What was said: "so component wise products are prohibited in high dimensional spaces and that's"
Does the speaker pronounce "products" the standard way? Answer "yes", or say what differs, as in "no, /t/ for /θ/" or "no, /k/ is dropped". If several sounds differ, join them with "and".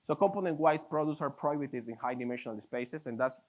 no, /k/ is dropped